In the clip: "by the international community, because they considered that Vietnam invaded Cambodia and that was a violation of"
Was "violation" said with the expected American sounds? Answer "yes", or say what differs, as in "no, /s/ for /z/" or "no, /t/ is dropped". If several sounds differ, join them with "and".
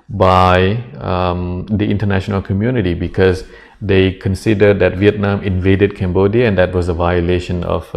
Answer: yes